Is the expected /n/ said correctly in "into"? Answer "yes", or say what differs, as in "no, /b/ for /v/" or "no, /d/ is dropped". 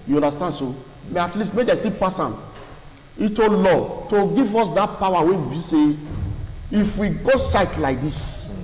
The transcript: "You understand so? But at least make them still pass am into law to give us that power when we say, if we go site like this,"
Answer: no, /n/ is dropped